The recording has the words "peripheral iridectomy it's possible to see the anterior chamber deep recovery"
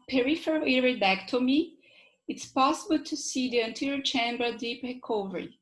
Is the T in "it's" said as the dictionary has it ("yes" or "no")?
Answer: yes